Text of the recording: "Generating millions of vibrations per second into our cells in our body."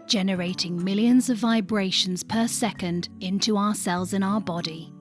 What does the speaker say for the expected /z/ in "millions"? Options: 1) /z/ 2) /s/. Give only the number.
1